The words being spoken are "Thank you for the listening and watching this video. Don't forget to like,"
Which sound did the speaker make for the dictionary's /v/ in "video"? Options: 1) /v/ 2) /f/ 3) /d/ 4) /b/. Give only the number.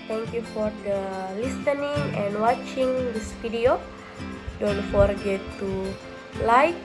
2